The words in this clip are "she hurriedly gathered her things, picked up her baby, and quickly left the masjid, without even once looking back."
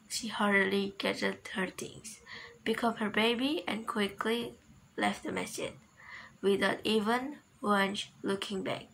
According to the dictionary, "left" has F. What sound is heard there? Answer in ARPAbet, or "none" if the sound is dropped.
F